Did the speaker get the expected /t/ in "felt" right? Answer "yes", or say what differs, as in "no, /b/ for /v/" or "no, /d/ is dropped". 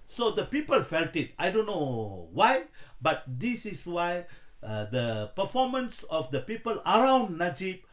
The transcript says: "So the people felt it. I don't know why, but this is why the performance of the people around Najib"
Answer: yes